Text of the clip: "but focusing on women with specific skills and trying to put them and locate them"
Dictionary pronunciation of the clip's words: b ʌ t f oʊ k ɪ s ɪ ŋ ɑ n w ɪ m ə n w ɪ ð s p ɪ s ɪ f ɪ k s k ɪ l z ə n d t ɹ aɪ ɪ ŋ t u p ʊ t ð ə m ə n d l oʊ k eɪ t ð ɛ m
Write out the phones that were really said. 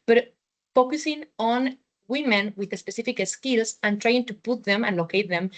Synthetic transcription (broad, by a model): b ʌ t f oʊ k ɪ s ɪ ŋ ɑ n w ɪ m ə n w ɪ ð s p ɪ s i f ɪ k s k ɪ l s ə n t ɹ aɪ ɪ ŋ t u p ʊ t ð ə m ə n l oʊ k eɪ t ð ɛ m